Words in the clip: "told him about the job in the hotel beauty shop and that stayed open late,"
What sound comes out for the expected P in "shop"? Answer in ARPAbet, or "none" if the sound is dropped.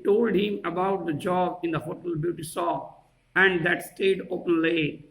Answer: none